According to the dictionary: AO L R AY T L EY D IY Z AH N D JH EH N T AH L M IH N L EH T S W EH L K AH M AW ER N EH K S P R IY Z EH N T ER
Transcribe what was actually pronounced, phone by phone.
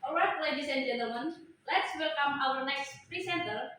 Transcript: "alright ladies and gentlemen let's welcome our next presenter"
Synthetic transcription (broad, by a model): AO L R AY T L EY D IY S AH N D JH EH N T AH L M IH N L EH T S W EH L K AH M AW ER N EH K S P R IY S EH N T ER